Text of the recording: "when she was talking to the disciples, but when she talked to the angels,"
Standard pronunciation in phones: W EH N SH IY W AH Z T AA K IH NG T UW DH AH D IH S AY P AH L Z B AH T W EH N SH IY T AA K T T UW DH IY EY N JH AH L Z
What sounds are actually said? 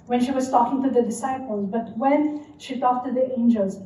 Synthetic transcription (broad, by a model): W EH N SH IY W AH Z T AA K IH NG T UW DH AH D IH S AY P AH L Z B AH T W EH N SH IY T AA K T T UW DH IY EY N JH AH L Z